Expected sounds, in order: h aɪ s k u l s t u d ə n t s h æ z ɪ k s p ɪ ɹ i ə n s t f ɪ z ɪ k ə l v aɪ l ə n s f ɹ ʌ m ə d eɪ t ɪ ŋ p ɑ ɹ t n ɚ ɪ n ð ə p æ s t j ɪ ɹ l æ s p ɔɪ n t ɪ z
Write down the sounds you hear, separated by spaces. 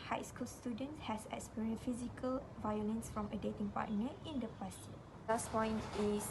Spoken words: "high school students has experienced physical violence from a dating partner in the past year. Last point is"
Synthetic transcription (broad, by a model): h aɪ s k u l s t u d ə n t s h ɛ s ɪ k s p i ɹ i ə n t f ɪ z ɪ k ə l v aɪ l ə n s f ɹ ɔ m ə d eɪ t ɪ ŋ p ɑ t n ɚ ɪ n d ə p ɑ s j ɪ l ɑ s p ɔɪ n t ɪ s